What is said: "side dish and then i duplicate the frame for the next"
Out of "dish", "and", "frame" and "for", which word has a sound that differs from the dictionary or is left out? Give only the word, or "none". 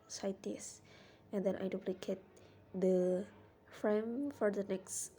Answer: dish